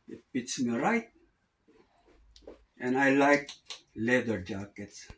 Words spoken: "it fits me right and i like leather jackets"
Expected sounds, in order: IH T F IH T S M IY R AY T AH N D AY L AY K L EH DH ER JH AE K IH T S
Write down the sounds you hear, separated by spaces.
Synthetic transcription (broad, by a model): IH T P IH T S M IY R AY T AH N AY L AY K L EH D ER JH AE K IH T S